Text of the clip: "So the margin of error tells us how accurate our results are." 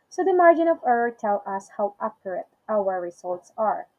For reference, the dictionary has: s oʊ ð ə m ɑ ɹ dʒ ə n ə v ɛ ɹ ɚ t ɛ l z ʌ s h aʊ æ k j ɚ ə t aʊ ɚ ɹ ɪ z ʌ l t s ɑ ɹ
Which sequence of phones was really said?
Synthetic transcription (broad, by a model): s oʊ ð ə m ɑ ɹ dʒ ə n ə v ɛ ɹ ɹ t ɛ l ʌ s h aʊ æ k j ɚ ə t aʊ ɚ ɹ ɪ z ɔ l t s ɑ ɹ